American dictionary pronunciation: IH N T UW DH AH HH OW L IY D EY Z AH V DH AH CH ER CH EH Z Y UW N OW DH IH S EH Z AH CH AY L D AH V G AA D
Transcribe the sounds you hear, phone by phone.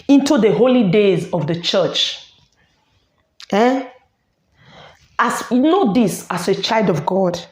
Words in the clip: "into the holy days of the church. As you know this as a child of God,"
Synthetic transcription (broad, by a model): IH N T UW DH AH HH OW L IY D EY Z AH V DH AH CH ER CH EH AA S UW N OW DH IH S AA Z AH CH AY L D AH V G AA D